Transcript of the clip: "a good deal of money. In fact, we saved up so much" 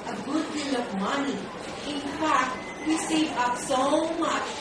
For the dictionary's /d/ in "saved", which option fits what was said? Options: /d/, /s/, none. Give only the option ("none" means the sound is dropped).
none